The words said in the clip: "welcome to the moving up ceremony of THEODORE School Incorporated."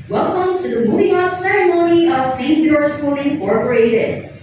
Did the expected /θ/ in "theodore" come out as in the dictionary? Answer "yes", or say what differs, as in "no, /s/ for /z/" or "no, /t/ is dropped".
no, /s/ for /θ/